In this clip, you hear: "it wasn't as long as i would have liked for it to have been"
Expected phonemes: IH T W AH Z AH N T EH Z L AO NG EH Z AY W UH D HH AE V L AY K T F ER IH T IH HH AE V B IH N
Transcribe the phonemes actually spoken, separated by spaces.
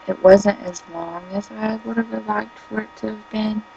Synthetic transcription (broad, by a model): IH T W AH Z AH N T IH Z L AO NG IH Z AY W UH D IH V L AY K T F ER IH T IH V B IH N